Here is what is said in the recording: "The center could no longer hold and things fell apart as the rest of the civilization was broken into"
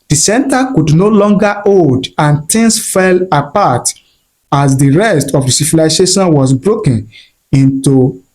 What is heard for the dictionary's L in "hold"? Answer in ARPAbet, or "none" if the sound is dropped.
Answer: none